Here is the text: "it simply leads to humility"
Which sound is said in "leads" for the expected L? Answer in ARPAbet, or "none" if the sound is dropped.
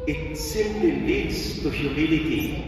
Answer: L